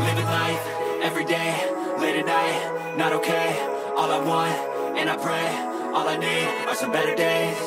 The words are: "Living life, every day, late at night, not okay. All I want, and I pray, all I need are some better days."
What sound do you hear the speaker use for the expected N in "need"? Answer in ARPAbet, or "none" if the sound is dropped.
N